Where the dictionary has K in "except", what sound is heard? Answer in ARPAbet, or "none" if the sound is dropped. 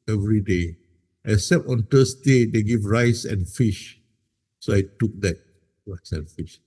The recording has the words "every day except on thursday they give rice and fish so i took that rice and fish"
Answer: none